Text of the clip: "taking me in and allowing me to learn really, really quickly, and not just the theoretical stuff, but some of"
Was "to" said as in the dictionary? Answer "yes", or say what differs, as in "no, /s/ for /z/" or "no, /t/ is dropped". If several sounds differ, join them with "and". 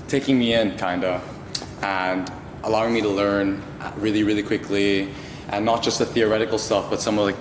yes